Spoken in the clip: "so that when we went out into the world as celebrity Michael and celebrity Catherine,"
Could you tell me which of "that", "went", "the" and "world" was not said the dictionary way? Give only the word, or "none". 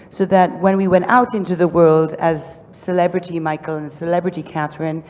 none